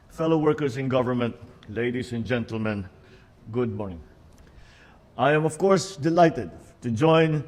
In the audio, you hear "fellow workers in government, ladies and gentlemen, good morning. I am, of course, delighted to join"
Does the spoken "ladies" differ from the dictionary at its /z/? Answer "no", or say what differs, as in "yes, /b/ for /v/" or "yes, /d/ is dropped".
yes, /s/ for /z/